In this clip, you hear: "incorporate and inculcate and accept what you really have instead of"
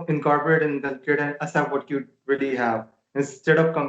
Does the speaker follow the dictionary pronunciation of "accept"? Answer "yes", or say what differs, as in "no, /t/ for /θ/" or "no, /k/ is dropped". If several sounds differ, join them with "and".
no, /k/ is dropped